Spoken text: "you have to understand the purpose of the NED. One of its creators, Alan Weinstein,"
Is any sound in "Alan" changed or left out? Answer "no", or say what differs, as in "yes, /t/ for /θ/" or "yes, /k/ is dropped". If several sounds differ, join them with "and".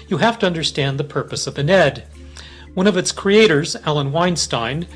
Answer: no